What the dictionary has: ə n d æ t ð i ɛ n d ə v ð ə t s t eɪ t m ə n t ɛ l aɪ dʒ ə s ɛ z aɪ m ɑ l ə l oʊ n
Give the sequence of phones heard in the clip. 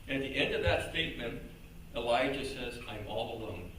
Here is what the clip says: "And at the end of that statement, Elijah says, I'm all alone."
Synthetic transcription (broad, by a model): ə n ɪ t ð i ɛ n d ə v ð ə t s t eɪ t m ə n t ɛ l aɪ dʒ ə s ɛ z aɪ m ɑ l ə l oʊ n